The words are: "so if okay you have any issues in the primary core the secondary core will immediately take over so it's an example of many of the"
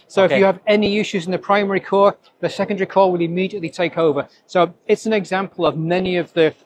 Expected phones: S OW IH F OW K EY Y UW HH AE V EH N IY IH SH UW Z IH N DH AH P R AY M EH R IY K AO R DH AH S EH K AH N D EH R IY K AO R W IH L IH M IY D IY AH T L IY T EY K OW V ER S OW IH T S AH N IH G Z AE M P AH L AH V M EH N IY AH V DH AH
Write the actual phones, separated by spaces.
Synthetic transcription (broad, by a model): S OW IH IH Y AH V EH N IY IH SH UW Z IH N DH AH P R AY M EH R IY K AO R DH AH S EH K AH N D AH R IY K AO W IH L IH M IY D IY AH T L IY T EY K OW V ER S OW IH T S AH N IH G Z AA M P AH L AH V M EH N IY AH V DH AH